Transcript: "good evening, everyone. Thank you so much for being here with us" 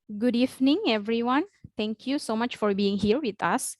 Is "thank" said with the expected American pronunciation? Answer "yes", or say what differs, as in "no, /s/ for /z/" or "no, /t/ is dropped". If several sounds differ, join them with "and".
no, /t/ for /θ/